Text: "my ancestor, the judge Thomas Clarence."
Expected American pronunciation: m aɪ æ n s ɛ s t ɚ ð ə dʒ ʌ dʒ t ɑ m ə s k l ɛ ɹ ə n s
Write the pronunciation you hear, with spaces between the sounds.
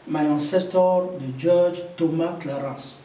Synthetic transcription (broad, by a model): m aɪ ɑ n s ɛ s t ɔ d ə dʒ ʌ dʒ t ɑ m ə k l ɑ ɹ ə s